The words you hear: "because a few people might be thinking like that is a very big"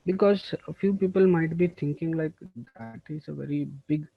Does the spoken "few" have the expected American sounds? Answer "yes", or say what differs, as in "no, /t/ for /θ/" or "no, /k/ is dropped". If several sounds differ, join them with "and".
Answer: yes